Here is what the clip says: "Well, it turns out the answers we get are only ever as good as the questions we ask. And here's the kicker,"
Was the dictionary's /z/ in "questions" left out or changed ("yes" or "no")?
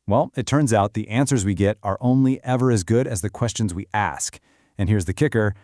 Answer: no